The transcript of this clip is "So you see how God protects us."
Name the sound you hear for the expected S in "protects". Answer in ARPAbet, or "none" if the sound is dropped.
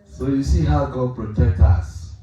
none